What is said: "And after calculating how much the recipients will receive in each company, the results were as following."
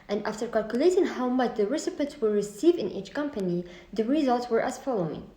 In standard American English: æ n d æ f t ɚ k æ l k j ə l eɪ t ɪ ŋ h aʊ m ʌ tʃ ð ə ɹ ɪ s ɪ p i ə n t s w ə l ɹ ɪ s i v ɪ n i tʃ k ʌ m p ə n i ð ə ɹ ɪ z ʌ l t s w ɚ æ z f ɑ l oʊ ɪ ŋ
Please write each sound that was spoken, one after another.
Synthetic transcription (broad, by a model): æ n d æ f t ɚ k æ l k j ə l eɪ t ɪ ŋ h aʊ m ʌ tʃ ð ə ɹ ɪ s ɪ p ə t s w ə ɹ ɹ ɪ s i v ɪ n i tʃ k ʌ m p ə n i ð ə ɹ ɪ z ʌ l t s w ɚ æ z f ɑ l oʊ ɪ ŋ